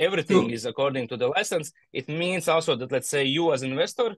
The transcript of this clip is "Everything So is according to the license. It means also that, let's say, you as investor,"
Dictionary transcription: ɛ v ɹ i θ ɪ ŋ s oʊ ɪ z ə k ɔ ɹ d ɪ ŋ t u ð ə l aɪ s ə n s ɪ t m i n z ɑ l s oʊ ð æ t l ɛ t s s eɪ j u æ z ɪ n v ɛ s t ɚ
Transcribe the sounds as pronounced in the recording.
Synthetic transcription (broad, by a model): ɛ v ɹ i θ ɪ ŋ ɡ ɪ z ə k ɔ ɹ d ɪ ŋ t u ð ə l aɪ s ə n s ɪ t m i n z ɑ l s oʊ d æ t l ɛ t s s eɪ j u æ z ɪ n v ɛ s t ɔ